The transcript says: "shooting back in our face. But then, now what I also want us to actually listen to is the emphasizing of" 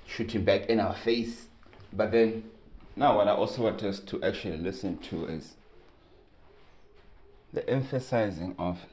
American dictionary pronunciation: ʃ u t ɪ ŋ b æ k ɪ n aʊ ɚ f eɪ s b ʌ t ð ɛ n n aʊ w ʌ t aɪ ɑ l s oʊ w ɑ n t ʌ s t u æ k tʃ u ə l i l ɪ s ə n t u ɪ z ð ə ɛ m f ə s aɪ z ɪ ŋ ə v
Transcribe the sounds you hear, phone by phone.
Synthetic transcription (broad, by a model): ʃ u t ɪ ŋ b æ k ɪ n aʊ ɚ f eɪ s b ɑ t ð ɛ n n aʊ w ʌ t aɪ ɑ l s oʊ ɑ t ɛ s t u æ k tʃ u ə l i l ɪ s ə n t u ɪ z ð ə ɛ m f ə s aɪ z ɪ ŋ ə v